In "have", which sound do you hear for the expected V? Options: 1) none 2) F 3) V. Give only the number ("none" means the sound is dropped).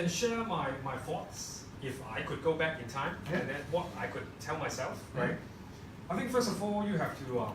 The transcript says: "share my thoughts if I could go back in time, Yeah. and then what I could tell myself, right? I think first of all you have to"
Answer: 2